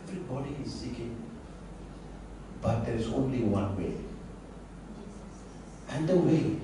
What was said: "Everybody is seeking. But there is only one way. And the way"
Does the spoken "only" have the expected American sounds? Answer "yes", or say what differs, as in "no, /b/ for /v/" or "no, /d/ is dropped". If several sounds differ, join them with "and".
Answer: yes